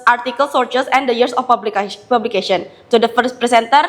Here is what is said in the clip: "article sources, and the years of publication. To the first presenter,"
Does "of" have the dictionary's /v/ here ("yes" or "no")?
no